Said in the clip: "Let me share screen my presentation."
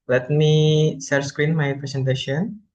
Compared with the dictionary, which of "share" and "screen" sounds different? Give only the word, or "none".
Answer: share